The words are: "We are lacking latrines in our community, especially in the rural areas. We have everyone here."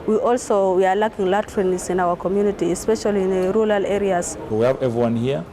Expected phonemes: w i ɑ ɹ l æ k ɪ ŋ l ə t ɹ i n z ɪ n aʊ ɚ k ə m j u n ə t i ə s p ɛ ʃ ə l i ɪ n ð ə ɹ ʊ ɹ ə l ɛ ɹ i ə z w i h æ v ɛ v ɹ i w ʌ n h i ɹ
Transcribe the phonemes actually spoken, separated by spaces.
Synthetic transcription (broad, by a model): w i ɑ w l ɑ k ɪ ŋ l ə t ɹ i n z ɪ n aʊ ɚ k ə m j u n ə t i ə s p ɛ ʃ ə l i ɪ n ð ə ɹ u ɹ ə l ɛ ɹ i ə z w i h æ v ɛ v ɹ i w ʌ n h i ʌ